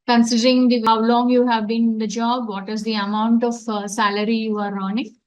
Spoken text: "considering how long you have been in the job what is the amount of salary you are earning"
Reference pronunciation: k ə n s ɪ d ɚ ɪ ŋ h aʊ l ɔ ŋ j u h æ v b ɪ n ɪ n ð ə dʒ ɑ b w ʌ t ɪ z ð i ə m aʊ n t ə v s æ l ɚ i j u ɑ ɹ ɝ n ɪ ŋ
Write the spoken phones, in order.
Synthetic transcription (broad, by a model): k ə n s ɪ d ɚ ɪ ŋ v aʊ l ɔ ŋ j u h æ v b ɪ n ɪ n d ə dʒ ɑ b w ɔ t ɪ z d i ə m aʊ n t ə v s æ l ɚ i j u ɑ ɹ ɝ n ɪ ŋ